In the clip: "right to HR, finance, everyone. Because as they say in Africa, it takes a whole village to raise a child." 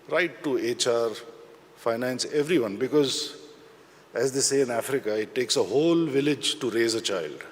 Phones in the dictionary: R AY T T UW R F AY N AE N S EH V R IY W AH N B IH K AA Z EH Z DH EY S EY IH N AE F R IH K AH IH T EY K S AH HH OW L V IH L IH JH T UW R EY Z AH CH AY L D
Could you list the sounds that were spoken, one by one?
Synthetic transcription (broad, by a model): R AY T T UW R F AY N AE N S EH V R IY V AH N B IH K AA Z EH Z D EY S EY IH N AE F R IH K AH IH T EY K S AH HH OW L V IH L IH JH T UW R EY Z AH CH AY L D